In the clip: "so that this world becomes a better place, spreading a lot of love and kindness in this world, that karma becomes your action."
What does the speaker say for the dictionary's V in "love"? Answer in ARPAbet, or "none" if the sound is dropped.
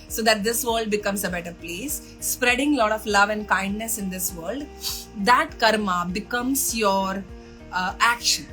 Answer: V